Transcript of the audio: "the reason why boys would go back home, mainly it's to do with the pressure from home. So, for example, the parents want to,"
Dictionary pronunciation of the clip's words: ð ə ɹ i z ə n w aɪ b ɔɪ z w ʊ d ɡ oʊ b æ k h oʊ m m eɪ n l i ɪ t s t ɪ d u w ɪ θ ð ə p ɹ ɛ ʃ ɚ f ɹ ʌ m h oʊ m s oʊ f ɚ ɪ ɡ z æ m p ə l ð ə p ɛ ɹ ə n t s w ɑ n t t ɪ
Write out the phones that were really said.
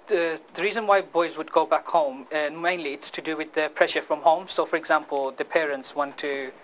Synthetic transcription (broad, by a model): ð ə ɹ i z ə n w aɪ b ɔɪ z w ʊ d ɡ oʊ b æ k h oʊ m m eɪ n l i ɪ t s t ɪ d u w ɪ ð ə p ɹ ɛ ʃ ɚ f ɹ ʌ m h oʊ m s oʊ f ɚ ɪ ɡ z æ m p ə l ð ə p ɛ ɹ ə n t s w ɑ n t t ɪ